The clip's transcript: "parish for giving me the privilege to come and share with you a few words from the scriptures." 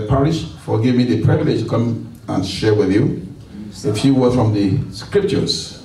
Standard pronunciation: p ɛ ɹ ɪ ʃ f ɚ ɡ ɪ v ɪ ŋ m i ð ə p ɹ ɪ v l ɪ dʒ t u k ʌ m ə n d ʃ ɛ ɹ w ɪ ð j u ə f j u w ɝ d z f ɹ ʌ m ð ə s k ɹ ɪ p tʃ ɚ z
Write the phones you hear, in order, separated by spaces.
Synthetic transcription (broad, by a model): p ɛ ɹ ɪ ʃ f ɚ ɡ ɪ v m i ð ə p ɹ ɪ v l ɪ dʒ t u k ʌ m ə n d ʃ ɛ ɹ w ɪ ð j u ə f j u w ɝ f ɹ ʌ m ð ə s k ɹ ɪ p tʃ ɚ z